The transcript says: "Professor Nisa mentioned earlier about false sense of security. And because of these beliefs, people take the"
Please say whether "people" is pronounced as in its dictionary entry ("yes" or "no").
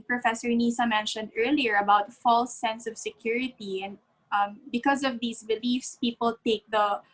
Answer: yes